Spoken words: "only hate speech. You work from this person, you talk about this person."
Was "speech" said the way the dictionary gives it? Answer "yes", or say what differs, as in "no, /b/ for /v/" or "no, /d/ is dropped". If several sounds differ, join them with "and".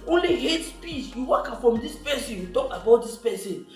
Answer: no, /s/ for /tʃ/